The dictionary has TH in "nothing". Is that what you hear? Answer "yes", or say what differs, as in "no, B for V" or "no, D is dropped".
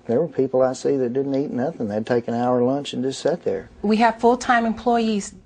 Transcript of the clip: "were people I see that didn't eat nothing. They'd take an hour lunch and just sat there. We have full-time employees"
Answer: yes